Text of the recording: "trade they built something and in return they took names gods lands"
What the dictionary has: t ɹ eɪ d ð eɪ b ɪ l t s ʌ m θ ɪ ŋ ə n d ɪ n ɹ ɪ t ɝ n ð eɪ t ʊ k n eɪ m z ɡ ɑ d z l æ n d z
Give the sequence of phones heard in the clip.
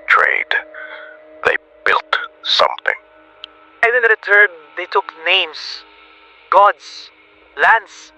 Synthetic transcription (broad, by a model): t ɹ eɪ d ð eɪ b ɪ l t s ʌ m θ ɪ ŋ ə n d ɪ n ɹ ɪ t ɝ n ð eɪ t ʊ k n eɪ m s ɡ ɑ d s l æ n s